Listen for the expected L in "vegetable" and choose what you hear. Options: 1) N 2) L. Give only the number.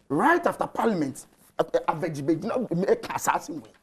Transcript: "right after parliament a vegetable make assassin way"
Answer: 1